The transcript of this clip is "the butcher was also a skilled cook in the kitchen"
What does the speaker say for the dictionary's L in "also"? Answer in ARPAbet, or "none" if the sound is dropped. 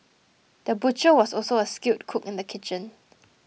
L